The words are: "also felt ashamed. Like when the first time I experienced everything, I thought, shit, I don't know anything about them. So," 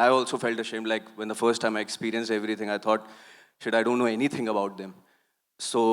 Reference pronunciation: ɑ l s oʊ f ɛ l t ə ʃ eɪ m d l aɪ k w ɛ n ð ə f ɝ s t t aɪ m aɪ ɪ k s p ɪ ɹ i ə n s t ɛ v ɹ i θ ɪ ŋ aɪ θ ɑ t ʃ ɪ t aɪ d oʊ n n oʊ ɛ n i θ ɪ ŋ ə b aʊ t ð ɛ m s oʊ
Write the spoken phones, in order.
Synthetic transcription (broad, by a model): ɑ l s oʊ f ɛ l t ə ʃ eɪ m d l aɪ k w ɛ n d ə f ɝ s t t aɪ m aɪ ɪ k s p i ɹ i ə n s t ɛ v ɹ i t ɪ ŋ aɪ t ɑ t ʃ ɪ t aɪ d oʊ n n oʊ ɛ n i t ɪ ŋ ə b aʊ t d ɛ m s oʊ